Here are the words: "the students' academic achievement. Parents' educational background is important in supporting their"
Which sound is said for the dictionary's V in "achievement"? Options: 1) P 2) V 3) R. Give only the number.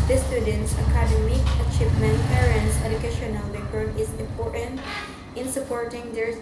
1